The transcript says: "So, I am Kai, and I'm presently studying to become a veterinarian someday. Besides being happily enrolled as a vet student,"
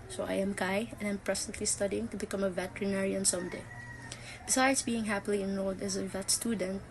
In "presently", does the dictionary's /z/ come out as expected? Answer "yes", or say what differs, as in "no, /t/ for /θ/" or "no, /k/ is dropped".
no, /s/ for /z/